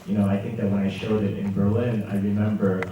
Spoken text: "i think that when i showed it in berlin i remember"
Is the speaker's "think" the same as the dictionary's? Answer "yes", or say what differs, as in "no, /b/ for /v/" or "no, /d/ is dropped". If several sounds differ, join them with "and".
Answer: yes